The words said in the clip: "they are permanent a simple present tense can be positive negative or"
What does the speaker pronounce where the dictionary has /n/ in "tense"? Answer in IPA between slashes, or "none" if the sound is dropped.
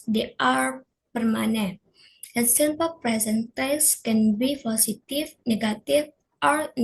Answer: none